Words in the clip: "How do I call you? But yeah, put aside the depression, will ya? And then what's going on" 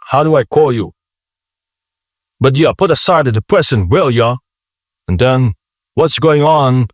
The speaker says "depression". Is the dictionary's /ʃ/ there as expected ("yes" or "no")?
no